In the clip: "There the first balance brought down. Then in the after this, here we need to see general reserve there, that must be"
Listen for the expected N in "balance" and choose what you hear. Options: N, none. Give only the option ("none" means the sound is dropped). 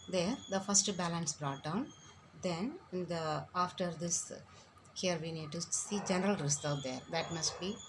N